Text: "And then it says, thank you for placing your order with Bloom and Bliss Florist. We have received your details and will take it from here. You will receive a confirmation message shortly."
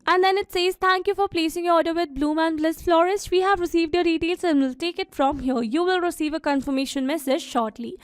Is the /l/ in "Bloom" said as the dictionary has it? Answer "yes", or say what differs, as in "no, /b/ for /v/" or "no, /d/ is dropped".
yes